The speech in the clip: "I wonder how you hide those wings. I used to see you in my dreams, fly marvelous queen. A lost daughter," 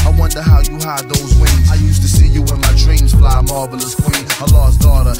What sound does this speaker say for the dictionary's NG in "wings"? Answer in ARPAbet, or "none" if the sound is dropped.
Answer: none